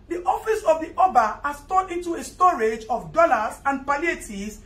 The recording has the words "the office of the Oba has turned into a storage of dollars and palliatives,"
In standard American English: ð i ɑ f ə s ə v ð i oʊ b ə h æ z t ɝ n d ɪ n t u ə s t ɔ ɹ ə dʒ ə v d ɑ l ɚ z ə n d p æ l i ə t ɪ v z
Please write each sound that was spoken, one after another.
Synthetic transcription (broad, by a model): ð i ɑ f ə s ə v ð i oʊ b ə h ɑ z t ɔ d ɪ n t u ə s t ɔ ɹ ə dʒ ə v d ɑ l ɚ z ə n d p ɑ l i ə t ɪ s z